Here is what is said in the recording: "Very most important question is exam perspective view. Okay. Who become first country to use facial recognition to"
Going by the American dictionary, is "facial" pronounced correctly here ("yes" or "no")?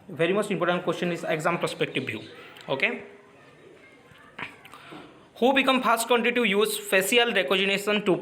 no